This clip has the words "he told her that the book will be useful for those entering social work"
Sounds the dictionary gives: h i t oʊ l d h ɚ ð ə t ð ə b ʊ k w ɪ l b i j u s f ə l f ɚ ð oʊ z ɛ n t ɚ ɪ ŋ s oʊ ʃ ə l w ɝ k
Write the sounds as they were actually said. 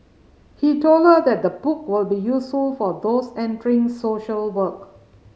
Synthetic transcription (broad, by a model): h i t oʊ l d h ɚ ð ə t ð ə b ʊ k w ɪ l b i j u s f ə l f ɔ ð oʊ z ɛ n t ɚ ɪ ŋ s oʊ ʃ ə l w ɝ k